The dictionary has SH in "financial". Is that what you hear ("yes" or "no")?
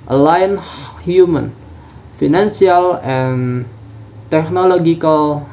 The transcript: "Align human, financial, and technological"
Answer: no